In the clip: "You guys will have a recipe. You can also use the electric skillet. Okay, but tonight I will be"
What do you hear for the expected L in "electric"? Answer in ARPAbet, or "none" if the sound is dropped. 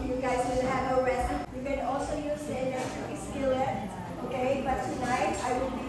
none